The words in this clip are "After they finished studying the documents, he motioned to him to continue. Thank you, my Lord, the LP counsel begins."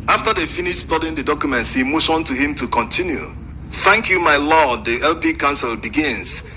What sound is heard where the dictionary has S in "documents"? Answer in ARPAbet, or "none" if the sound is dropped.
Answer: S